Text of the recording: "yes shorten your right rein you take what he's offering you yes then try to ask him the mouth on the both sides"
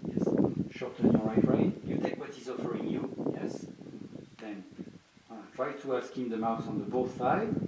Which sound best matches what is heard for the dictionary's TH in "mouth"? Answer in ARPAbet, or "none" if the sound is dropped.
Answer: S